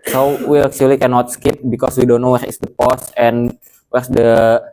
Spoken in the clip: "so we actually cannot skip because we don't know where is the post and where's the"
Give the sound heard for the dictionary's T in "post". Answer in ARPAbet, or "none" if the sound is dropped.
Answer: none